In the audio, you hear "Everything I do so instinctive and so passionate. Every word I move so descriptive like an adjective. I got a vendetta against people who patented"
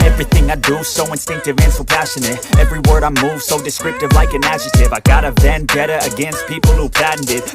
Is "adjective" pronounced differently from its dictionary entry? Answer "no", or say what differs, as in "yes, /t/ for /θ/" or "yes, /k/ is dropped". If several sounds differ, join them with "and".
yes, /k/ is dropped